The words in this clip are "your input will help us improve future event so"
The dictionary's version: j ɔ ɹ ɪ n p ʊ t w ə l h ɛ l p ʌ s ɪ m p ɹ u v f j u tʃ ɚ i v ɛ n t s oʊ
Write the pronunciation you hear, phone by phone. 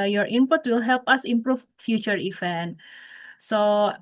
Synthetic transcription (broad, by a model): j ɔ ɹ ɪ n p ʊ t w ə l h ɛ l p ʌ s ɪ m p ɹ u f f j u tʃ ɚ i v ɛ n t s oʊ